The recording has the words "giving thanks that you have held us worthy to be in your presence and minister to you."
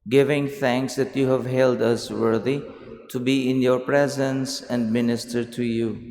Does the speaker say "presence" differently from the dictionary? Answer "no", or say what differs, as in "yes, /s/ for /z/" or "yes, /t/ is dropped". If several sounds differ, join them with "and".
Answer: no